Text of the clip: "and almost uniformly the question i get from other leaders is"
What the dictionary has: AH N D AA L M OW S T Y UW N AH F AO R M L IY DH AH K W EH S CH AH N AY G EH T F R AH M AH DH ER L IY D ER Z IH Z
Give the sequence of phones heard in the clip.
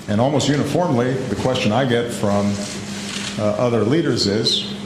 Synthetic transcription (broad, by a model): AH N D AA L M OW S T Y UW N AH F AO R M L IY DH AH K W EH S CH AH N AY G EH T F R AH M AH DH ER L IY D ER Z IH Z